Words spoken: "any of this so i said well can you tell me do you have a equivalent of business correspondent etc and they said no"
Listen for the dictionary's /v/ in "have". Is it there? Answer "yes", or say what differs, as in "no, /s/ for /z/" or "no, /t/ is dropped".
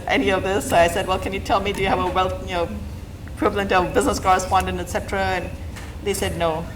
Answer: no, /w/ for /v/